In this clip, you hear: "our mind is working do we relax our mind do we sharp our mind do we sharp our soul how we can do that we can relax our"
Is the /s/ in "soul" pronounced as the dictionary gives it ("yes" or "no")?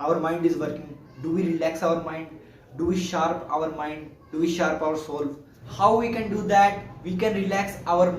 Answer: yes